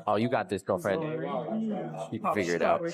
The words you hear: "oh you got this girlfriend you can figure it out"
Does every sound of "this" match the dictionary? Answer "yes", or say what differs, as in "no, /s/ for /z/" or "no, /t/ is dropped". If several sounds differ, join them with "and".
yes